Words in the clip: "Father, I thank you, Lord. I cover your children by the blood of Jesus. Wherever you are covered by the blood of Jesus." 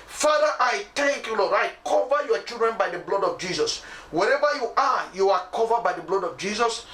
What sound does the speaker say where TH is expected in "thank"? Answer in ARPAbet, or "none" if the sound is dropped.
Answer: T